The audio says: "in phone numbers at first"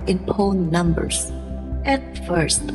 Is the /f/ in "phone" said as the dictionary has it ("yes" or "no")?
no